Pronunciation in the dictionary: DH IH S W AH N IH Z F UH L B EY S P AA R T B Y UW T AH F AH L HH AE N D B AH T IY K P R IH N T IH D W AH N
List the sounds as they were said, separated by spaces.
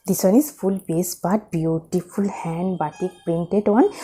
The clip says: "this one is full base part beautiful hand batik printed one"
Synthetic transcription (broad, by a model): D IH S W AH N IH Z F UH L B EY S B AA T B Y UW T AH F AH L HH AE N D B AH T IY K P R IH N T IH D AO N